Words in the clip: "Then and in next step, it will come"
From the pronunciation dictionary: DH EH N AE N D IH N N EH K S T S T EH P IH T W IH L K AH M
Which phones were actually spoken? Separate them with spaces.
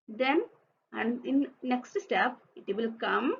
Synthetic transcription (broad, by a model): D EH N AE N D IH N N EH K S T S T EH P IH T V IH L K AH M